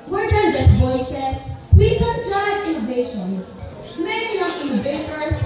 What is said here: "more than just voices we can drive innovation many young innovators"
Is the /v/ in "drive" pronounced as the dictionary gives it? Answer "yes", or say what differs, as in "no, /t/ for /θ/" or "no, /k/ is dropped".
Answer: no, /v/ is dropped